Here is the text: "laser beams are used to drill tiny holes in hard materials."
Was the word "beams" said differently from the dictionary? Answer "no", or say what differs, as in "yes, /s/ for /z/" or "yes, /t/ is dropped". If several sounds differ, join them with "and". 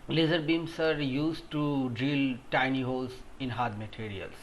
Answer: yes, /s/ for /z/